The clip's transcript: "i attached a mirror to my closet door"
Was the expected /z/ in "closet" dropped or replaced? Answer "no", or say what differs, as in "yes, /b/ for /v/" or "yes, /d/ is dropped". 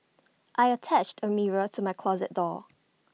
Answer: no